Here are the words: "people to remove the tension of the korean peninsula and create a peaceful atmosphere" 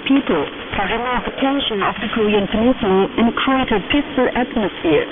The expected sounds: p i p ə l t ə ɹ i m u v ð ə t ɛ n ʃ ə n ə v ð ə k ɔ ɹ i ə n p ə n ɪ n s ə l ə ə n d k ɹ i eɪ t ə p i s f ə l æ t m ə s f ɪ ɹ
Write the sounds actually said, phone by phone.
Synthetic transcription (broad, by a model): p i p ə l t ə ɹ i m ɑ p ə t ɛ n ʃ ə n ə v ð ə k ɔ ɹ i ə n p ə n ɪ s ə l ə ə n k i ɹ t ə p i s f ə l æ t m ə s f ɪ ɹ